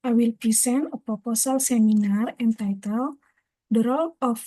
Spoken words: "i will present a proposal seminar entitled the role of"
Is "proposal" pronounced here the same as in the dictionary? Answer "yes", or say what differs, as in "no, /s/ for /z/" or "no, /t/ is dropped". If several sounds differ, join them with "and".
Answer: no, /ɹ/ is dropped and /s/ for /z/